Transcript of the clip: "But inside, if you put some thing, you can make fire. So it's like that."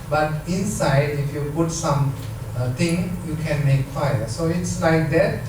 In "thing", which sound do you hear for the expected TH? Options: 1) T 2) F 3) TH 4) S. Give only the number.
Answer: 1